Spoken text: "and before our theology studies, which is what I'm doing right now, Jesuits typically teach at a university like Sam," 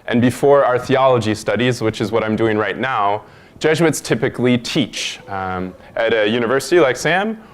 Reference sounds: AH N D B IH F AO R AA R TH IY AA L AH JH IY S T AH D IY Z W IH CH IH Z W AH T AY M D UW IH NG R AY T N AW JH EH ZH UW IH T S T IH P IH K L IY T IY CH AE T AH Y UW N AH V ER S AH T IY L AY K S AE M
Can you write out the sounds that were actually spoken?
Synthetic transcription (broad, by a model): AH N B IH F AO R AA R TH IY AA L AH JH IY S T AH D IY Z W IH CH IH Z W AH T AY M D UW IH NG R AY T N AW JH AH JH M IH T S T IH P IH K L IY T IY CH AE T AH Y UW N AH V ER S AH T IY L AY K S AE M